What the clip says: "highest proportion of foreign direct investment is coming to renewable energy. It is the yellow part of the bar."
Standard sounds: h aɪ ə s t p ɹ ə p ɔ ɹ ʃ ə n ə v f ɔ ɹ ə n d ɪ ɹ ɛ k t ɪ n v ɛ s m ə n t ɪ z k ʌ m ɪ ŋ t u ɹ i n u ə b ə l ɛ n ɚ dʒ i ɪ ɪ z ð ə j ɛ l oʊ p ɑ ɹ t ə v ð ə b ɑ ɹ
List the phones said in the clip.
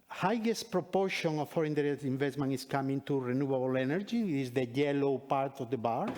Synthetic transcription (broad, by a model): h aɪ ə s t p ɹ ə p ɔ ɹ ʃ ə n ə f ɔ ɹ ə n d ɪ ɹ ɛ t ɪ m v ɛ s m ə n ɪ s k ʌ m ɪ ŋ t u ɹ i n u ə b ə l ɛ n ɚ dʒ i ɪ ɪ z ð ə j ɛ l oʊ p ɑ ɹ t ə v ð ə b ɑ ɹ